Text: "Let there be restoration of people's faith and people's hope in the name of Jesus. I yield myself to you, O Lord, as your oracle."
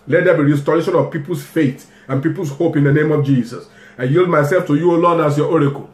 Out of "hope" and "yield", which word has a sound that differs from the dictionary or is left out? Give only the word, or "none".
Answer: none